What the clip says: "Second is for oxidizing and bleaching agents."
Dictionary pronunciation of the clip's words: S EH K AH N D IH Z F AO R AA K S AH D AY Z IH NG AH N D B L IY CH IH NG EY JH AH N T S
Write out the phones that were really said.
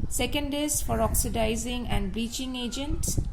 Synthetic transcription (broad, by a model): S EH K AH N D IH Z F AO R AA K S AH D AY Z IH NG AH N D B IY CH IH NG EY JH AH N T S